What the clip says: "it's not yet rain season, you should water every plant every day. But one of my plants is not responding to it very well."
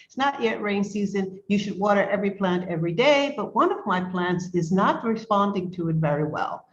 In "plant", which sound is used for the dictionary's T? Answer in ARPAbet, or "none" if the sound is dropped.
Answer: T